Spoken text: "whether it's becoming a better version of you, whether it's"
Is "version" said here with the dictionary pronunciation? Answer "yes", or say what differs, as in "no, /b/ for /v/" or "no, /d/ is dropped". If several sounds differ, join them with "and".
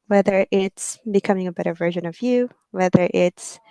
yes